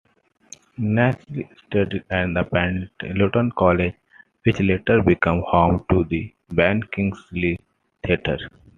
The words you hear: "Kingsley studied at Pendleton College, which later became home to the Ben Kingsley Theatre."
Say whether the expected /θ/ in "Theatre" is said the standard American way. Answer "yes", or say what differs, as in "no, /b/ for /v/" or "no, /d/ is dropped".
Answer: no, /t/ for /θ/